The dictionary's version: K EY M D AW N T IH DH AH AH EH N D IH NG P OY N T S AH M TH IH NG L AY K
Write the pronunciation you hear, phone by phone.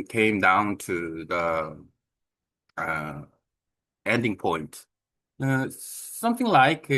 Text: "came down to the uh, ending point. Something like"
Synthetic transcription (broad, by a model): K EY M D AW N T IH DH AH AH EH N D IH NG P OY N T S AH M TH IH NG L AY K